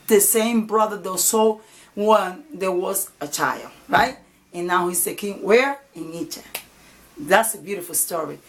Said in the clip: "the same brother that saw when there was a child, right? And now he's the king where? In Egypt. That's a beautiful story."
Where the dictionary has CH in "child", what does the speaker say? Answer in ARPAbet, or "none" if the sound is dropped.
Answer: CH